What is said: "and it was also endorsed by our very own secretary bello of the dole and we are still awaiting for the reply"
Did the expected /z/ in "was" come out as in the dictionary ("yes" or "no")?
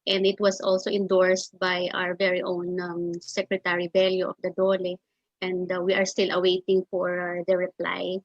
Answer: no